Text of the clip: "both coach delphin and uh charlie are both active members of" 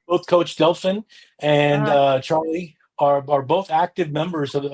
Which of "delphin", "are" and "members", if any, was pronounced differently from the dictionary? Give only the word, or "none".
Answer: none